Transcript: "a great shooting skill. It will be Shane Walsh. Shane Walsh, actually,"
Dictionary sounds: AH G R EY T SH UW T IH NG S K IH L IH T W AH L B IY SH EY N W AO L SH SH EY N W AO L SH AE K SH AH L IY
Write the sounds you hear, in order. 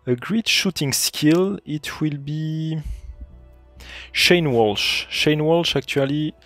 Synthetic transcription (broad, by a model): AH G R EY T SH UW T IH NG S K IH L IH T W AH L B IY SH EY N W AO L SH SH EY N W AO L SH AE K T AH L IY